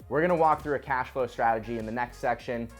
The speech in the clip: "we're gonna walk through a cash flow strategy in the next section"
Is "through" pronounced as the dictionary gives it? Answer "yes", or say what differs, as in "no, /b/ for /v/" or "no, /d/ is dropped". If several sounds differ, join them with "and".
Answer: yes